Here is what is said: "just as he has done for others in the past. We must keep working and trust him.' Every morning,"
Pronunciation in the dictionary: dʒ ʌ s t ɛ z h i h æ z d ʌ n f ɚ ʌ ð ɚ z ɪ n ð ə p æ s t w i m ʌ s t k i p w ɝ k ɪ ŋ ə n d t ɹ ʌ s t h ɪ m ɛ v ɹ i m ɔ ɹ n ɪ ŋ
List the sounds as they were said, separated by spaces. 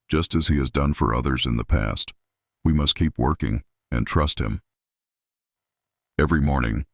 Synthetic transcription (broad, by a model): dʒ ʌ s t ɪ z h i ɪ z d ʌ n f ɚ ʌ ð ɚ z ɪ n ð ə p æ s t w i m ʌ s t k i p w ɝ k ɪ ŋ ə n t ɹ ʌ s t h ɪ m ɛ v ɹ i m ɔ ɹ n ɪ ŋ